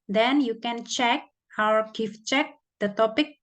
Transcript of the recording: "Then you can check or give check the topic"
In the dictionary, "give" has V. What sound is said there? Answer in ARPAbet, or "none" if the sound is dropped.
F